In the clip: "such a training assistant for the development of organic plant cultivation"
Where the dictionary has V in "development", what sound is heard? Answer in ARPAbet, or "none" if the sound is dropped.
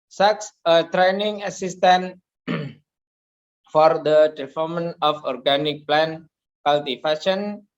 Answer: P